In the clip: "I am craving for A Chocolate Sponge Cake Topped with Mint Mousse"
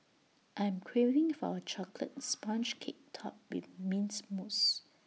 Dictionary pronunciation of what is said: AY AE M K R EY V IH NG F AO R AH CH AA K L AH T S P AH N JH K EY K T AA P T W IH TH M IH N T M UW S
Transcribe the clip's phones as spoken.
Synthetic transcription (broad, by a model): AY M K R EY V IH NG F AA W AH CH AA K L AH T S P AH N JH K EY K T AA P W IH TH M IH N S M UW S